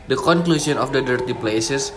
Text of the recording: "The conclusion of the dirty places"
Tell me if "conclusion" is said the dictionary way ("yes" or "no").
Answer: no